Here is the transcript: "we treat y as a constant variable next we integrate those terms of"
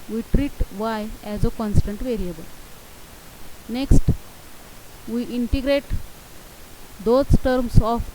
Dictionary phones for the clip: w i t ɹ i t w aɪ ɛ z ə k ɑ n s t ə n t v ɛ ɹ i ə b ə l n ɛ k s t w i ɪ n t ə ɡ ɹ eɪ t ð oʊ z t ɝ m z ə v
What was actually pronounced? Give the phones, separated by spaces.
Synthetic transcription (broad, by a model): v i t ɹ i t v aɪ ɛ z ə k ɑ n s t ə n t v ɛ ɹ i ə b ə l n ɛ k s t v i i n t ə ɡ ɹ eɪ t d oʊ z t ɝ m s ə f